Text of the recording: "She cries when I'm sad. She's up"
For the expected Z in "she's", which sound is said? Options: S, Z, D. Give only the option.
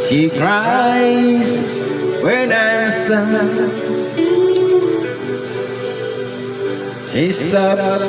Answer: S